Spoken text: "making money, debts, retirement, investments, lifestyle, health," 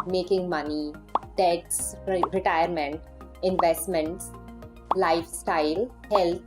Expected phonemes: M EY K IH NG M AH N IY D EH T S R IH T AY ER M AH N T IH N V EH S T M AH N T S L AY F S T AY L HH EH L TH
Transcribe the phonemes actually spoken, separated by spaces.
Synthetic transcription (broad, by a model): M EY K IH NG M AH N IY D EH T S R IH T AY ER M AH N T IH N V EH S T M AH N T S L AY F S T AY L HH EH L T